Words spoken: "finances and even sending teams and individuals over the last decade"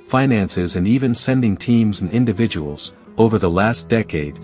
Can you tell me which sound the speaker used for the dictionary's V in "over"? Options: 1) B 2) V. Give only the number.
2